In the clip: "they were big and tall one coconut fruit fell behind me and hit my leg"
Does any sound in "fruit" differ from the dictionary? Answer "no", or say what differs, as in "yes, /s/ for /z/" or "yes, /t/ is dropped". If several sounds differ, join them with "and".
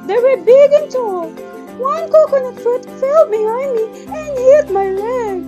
yes, /ɹ/ is dropped